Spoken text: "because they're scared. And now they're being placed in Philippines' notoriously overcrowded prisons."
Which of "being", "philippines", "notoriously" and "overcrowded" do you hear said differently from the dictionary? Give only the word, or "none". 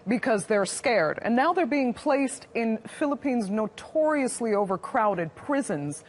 none